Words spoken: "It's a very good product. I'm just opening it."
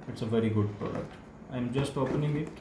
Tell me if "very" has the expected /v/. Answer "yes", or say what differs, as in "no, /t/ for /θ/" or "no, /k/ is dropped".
yes